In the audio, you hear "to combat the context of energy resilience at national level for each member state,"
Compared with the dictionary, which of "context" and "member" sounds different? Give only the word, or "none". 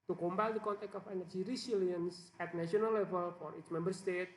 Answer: context